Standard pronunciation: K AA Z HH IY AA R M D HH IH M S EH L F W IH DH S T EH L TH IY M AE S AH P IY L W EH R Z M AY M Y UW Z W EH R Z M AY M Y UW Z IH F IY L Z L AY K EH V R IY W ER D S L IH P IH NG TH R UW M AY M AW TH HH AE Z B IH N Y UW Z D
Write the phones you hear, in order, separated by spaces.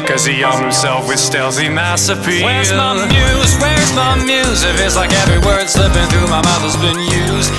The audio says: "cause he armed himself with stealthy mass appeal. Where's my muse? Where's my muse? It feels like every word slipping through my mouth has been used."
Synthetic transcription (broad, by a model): K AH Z IY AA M HH IH M S EH L F W IH DH S T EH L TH IY M AE S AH P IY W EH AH M Y UW Z W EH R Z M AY M Y UW Z IH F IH Z L AY K EH V R IY W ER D S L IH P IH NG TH R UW M AY M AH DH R Z B IH N Y UW Z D